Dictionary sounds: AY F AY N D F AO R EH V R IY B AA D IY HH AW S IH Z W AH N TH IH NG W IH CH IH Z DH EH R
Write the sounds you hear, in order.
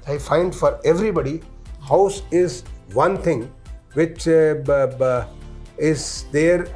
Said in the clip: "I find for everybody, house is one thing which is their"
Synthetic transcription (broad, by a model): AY F AY N D F AO R EH V R IY B AA D IY HH AW S IH Z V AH N T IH NG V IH CH IH Z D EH R